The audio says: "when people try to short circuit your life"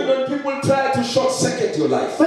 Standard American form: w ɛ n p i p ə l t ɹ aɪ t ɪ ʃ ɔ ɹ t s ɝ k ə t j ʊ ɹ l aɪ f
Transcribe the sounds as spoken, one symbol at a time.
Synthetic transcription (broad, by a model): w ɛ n p i p ə l t ɹ aɪ t ɪ ʃ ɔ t s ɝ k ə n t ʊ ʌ l aɪ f